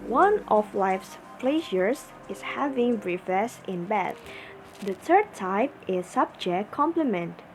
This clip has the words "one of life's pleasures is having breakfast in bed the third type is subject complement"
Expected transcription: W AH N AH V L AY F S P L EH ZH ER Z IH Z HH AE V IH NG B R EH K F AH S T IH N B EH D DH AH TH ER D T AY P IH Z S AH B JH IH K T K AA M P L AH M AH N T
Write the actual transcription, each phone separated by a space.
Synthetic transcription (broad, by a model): W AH N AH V L AY F S P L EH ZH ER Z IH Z HH AE V IH NG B R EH F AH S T IH N B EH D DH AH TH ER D T AY P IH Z S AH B JH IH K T K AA M P L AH M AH N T